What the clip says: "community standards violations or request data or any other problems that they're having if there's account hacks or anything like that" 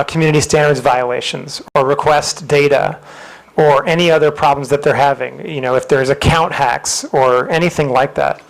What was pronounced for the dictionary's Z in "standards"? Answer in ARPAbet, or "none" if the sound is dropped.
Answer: Z